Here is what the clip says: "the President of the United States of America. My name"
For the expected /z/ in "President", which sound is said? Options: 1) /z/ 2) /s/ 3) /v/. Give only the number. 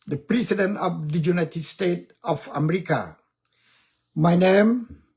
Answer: 2